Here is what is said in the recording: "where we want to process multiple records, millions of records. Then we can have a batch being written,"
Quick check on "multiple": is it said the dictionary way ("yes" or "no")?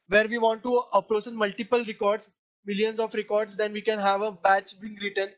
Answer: yes